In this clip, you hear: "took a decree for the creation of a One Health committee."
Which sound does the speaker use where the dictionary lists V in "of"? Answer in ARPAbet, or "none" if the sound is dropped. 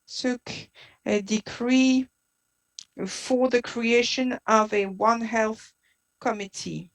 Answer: V